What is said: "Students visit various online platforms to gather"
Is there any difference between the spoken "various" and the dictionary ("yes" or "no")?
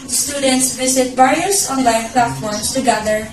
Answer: yes